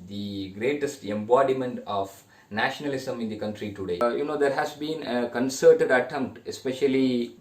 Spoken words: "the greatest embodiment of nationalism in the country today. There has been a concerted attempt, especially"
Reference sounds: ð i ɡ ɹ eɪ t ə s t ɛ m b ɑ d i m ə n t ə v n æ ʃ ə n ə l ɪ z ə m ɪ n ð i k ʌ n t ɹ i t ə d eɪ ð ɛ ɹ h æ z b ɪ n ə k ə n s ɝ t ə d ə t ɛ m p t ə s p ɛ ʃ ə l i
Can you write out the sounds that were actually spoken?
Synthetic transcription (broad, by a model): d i ɡ ɹ eɪ t ə s t ɛ m b ɑ d i m ə n t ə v n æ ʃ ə n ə l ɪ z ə m ɪ n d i k ʌ n t ɹ i t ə d eɪ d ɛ ɹ h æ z b ɪ n ə k ə n s ɝ t ə d ə t ɛ m p t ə s p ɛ ʃ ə l i